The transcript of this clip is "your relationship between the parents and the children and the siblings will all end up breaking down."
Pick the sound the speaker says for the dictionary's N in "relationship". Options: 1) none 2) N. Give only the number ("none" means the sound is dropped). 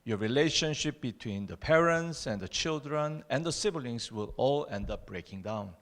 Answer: 2